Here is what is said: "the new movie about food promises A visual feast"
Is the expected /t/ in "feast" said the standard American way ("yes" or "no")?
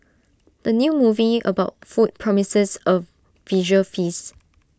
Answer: no